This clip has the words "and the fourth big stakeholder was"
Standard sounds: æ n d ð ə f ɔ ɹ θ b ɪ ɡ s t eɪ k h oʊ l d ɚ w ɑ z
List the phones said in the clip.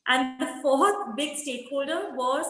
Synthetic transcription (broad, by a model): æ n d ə f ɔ ɹ t b ɪ ɡ s t eɪ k h oʊ l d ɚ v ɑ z